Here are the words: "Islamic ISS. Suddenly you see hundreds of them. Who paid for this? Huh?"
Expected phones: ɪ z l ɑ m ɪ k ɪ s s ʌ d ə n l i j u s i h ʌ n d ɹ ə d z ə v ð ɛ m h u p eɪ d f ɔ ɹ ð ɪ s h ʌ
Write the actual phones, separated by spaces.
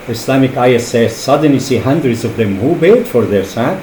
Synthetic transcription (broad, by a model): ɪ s l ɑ m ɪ k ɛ s s ʌ d ə n l i s i h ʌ n d ɹ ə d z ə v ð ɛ m h u b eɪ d f ɔ ɹ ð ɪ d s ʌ